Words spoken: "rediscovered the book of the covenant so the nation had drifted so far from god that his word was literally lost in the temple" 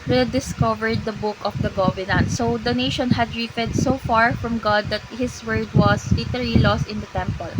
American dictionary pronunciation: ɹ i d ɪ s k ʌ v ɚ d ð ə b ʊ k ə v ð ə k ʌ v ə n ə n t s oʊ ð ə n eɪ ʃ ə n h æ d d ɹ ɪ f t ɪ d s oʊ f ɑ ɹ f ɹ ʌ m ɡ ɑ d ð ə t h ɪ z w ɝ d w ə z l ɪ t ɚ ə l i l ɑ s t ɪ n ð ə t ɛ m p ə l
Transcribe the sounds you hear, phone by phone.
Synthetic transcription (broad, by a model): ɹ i d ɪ s k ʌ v ɚ d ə b ʊ k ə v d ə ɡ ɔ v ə n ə n t s oʊ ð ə n eɪ ʃ ə n h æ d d ɹ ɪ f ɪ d s oʊ f ɑ ɹ f ɹ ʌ m ɡ ɑ d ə t h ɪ s w ɝ d w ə s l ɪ t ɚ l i l ɑ s t ɪ n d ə t ɛ m p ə l